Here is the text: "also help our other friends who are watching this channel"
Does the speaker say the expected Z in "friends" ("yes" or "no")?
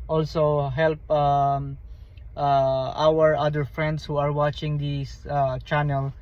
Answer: no